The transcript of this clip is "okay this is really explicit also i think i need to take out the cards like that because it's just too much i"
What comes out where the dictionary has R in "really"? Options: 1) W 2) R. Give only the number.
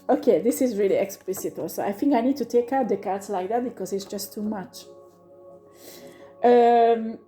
2